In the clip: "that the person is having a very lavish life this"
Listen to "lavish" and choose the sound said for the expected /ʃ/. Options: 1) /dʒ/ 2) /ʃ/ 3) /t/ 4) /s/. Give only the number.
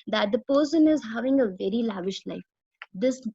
2